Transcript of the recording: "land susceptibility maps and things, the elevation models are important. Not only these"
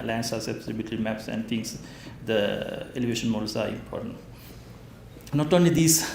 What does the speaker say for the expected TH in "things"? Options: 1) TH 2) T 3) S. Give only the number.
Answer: 2